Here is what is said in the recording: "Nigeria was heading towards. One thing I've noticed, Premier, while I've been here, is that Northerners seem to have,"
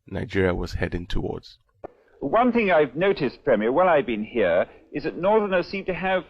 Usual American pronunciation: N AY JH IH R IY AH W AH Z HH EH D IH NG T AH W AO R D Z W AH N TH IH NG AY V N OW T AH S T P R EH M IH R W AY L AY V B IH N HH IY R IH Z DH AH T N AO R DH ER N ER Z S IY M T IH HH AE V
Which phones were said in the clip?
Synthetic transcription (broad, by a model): N AY JH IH R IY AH W AH Z HH EH D IH NG T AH W AO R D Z W AH N TH IH NG AY V N OW T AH S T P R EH M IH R W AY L AY V B IH N HH IY R IH Z DH AH T N AO R DH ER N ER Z S IY M T IH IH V